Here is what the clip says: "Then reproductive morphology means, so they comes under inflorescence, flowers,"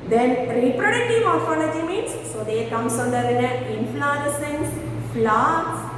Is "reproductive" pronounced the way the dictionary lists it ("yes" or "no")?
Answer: yes